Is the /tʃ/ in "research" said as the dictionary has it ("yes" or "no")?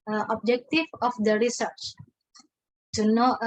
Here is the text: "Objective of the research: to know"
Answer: yes